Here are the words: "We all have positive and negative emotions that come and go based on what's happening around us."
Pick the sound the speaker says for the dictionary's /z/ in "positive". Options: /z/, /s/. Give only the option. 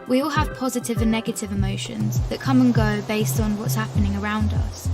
/z/